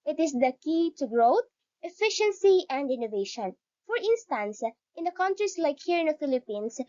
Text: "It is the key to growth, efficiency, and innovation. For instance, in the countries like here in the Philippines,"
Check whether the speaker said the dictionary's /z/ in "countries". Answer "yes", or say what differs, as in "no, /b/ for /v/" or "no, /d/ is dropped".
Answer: no, /s/ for /z/